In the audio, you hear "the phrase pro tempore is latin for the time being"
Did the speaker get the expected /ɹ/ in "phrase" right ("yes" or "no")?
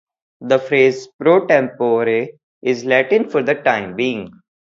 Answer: yes